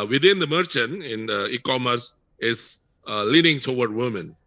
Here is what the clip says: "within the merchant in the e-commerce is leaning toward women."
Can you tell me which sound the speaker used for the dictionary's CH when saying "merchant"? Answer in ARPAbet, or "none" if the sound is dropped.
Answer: CH